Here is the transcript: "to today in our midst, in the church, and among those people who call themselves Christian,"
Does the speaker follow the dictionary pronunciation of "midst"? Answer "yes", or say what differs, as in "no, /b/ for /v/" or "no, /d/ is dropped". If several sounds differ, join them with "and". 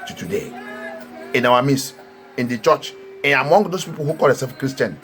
no, /t/ is dropped